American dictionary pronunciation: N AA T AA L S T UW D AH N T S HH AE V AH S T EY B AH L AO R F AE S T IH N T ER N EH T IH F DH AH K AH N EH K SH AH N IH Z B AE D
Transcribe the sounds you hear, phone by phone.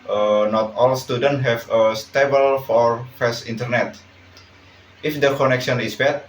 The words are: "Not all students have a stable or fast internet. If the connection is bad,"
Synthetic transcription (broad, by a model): N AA T AA L S T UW D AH N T HH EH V AH S T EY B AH L AO R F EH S IH N T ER N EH T IH F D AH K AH N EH K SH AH N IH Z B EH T